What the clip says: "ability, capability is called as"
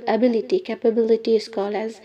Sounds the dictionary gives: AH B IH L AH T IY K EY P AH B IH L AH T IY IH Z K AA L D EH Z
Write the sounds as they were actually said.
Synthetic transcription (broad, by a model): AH B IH L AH T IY K EY P AH B IH L AH T IY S K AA L AH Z